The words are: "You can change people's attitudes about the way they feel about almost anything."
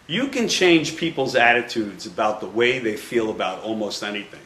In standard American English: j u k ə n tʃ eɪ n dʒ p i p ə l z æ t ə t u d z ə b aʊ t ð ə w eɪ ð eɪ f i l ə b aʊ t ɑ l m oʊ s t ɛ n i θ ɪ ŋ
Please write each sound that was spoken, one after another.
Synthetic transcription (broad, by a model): j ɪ k ə n tʃ eɪ n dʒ p i p l z æ t ə t u d z ə b aʊ t ð ə w eɪ ð eɪ f i l ə b aʊ t ɑ l m oʊ s t ɛ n i θ ɪ ŋ